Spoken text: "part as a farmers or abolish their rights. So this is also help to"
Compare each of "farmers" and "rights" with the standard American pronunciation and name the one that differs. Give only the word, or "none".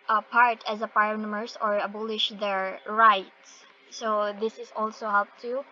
farmers